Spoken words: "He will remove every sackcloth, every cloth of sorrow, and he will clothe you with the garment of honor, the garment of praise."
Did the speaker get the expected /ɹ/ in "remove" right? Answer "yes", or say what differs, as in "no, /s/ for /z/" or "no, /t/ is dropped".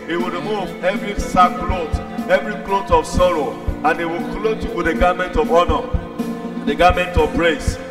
yes